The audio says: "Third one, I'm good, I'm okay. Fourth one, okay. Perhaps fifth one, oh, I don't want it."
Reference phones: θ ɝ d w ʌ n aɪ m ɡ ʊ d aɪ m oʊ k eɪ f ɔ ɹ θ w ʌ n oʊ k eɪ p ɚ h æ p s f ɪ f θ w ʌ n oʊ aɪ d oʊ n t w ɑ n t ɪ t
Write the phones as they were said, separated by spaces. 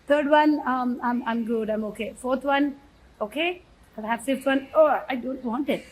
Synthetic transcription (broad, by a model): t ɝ d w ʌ n aɪ m ɡ ʊ d aɪ m oʊ k eɪ f ɔ ɹ t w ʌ n oʊ k eɪ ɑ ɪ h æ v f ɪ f t w ʌ n oʊ aɪ d oʊ n t w ɑ n t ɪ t